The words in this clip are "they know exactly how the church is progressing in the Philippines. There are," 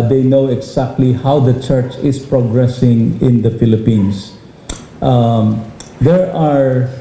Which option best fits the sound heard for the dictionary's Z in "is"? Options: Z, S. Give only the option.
S